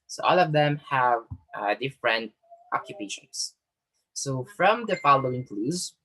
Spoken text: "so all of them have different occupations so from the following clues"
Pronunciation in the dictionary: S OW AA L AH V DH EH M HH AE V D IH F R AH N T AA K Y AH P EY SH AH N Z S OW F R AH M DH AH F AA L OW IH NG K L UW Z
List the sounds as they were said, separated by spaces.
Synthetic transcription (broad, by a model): S OW AA L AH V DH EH M HH AE V D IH F R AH N T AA K Y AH P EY SH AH N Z S OW F R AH M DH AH F AA L OW IH NG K L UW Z